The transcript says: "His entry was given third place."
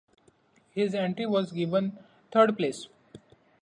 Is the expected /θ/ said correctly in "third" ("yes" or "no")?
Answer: no